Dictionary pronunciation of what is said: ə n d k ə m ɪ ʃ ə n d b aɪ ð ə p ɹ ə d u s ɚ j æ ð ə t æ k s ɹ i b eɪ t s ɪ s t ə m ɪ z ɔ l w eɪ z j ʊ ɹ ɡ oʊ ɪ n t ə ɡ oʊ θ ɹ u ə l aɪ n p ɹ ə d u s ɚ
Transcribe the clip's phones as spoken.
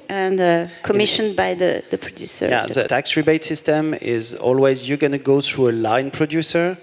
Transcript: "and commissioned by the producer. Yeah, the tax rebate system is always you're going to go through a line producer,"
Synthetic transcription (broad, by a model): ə n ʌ k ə m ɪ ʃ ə n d b aɪ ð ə p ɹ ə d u s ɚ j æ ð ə t æ k s ɹ i b eɪ t s ɪ s t ə m ɪ z ɔ l w eɪ z j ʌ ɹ ɡ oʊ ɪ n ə ɡ oʊ θ ɹ u ə l aɪ n p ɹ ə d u s ɚ